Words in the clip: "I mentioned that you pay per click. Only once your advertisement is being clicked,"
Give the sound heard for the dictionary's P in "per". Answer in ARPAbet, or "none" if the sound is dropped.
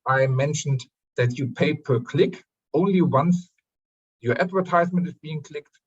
P